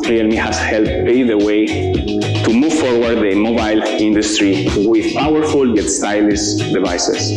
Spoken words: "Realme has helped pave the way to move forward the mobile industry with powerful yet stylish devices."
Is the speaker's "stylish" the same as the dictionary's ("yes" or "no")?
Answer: no